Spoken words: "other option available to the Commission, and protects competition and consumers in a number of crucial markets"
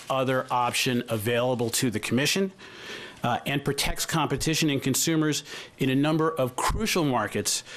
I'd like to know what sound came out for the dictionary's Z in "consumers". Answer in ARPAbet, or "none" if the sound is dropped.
Z